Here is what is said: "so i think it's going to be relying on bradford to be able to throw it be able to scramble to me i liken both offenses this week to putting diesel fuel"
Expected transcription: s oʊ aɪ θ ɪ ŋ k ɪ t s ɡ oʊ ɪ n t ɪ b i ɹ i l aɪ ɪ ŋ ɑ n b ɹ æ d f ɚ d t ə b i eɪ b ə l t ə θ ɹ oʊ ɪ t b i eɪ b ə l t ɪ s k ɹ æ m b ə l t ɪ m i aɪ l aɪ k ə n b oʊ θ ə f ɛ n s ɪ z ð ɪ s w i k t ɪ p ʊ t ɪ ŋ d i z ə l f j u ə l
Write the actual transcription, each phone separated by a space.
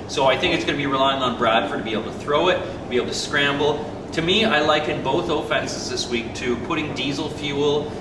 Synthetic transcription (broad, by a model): s oʊ aɪ θ ɪ ŋ k ɪ t s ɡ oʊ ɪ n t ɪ b i ɹ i l aɪ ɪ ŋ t n b ɹ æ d f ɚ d t ə b i eɪ b l t ə θ ɹ oʊ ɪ t b i eɪ b l t ɪ s k ɹ æ m b l t ɪ m i aɪ l aɪ k ə n b oʊ θ ə f ɛ n s ɪ z ð ɪ s w i k t ɪ p ʊ t ɪ ŋ d i z l f j u l